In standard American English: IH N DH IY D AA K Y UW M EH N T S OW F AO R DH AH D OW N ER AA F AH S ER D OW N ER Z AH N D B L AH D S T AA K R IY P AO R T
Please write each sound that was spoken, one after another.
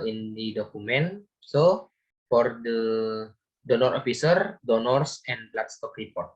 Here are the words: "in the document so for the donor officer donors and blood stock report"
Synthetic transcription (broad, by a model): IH N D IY D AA K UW M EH N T S OW F AO R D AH D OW N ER AA F AH S ER D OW N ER S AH N L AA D S T AA K R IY P AO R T